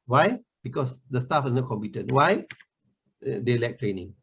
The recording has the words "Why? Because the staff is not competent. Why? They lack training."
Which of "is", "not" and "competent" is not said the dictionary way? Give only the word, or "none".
is